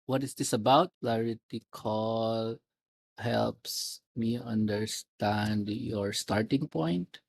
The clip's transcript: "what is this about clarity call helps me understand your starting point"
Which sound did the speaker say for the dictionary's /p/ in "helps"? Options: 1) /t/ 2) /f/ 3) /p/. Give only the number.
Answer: 3